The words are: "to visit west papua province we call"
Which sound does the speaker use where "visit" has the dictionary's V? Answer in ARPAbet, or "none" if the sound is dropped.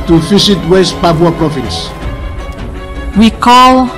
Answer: F